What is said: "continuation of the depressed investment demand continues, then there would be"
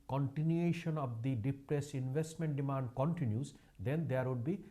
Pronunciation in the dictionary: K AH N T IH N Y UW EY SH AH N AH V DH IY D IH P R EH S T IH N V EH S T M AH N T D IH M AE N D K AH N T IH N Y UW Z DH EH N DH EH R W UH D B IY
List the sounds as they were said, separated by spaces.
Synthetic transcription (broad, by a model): K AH N T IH N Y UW EY SH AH N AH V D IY D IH P R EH S IH N V EH S T M AH N T D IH M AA N D K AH N T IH N Y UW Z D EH N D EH R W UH D B IY